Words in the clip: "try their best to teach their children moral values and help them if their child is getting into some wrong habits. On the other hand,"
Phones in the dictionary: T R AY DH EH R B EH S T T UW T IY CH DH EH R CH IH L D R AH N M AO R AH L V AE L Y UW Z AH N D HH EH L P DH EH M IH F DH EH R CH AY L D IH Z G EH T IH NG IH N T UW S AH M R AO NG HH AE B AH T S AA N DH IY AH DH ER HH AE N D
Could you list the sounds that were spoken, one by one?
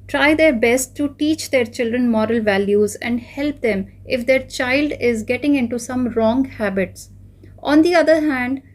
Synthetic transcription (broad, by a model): T R AY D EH R B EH S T T UW T IY CH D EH R CH IH L D R AH N M AO R AH L V AE L Y UW Z AH N D HH EH L P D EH M IH F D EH R CH AY L D IH Z G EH T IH NG IH N T UW S AH M R AO NG HH AE B AH T S AA N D IY AH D ER HH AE N D